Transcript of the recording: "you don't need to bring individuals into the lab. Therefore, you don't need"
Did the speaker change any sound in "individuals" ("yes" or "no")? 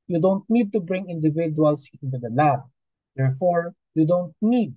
yes